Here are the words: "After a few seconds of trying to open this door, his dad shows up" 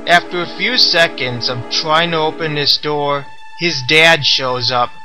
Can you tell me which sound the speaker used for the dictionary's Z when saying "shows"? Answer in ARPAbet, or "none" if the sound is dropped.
Z